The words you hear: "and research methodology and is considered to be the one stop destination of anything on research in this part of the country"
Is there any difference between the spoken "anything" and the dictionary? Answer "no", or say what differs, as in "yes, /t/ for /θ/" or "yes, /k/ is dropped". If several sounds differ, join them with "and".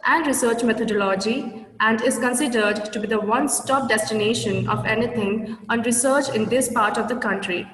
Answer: yes, /t/ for /θ/